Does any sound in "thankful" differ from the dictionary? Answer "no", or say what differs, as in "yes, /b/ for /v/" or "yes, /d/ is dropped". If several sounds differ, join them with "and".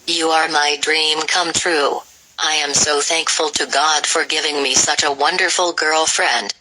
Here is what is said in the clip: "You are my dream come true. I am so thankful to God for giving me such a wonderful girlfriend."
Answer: no